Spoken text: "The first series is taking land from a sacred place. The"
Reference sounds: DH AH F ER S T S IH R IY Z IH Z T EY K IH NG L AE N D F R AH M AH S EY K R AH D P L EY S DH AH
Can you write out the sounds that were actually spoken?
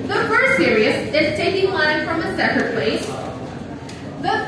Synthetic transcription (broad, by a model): DH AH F ER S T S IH R IY S IH Z T EY K IH NG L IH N F R AH M AH S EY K AH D P L EY S DH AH